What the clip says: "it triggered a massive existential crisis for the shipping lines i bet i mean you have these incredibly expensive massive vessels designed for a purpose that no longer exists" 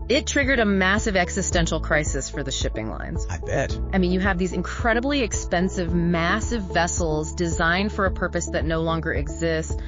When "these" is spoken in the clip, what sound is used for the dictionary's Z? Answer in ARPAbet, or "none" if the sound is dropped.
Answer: Z